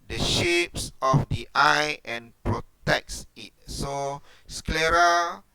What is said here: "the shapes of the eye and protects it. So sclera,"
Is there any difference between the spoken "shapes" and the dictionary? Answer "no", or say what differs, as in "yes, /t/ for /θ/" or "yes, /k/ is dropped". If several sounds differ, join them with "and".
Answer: no